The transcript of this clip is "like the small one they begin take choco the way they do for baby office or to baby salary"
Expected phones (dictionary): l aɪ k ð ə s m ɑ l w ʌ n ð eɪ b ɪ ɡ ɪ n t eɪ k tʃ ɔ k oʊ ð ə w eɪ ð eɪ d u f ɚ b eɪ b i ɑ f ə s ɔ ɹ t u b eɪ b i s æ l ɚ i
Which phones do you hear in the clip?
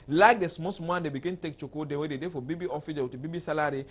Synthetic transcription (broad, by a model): l aɪ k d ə s m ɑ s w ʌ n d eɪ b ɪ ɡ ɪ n t eɪ k tʃ ɔ k oʊ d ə w eɪ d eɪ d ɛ f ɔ b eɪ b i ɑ f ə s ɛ w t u b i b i s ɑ l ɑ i